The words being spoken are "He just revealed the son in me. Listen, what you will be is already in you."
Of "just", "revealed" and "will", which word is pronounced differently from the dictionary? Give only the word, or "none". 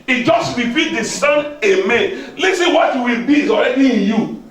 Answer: revealed